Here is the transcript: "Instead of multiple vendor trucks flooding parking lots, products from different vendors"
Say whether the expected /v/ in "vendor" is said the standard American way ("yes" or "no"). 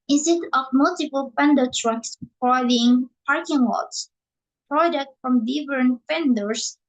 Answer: no